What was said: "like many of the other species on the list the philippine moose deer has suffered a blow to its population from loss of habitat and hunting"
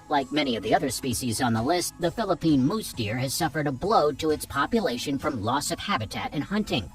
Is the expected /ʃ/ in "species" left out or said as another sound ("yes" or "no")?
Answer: no